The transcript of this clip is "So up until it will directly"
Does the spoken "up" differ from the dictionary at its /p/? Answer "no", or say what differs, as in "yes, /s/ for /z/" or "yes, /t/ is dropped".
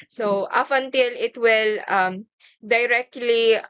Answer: yes, /f/ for /p/